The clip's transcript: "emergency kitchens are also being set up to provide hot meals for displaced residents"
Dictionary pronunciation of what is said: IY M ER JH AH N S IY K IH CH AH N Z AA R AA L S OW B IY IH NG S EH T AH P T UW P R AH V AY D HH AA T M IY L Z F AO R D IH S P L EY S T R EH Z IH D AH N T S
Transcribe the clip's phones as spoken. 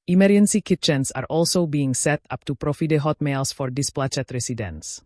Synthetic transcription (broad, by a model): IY M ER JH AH N S IY K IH CH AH N S AA R AA L S OW B IY IH NG S EH T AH P T UW P R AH F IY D HH AA T M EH L S F AO R D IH S P L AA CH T R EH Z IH D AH N S